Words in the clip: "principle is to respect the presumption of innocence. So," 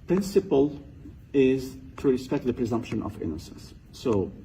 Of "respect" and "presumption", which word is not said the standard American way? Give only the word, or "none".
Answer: none